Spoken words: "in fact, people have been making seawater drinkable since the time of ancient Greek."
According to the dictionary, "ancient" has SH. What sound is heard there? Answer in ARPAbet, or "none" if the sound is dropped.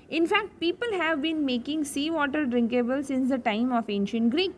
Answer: SH